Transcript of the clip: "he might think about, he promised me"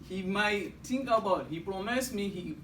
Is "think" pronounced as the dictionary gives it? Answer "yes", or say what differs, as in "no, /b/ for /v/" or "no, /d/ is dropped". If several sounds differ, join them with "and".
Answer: no, /t/ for /θ/